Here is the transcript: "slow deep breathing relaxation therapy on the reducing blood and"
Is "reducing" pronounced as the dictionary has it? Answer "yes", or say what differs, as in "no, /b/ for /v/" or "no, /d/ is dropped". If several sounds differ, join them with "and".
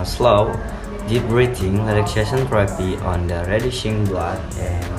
no, /ʃ/ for /s/